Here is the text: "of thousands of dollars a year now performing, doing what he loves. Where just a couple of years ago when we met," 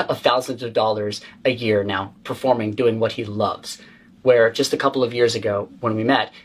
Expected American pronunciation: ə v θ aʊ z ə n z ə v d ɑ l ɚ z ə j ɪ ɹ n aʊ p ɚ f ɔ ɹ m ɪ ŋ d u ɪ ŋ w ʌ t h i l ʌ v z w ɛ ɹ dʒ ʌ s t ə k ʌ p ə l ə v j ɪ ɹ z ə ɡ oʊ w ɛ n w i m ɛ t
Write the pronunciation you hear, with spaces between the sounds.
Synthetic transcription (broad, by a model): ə θ aʊ z ə n z ə v d ɑ l ɚ z ə j ɪ ɹ n aʊ p ɚ f ɔ ɹ m ɪ ŋ d u ɪ ŋ w ʌ t h i l ʌ v z w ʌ ɹ dʒ ʌ s t ə k ʌ p l ə v j ɪ ɹ z ə ɡ oʊ w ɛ n w i m ɛ t